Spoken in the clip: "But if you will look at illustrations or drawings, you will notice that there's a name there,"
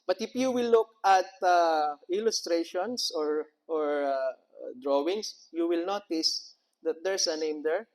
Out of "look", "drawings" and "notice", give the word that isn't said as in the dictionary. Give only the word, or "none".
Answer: drawings